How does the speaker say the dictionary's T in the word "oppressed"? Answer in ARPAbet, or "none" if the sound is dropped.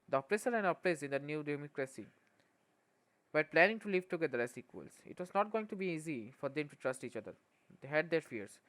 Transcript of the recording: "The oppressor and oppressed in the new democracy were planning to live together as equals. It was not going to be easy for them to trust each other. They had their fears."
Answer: none